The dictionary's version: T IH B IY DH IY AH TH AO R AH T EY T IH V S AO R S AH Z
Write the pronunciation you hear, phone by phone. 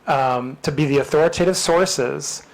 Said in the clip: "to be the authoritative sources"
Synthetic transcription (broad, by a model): T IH B IY DH IY AH TH AO R AH T EY T IH V S AO R S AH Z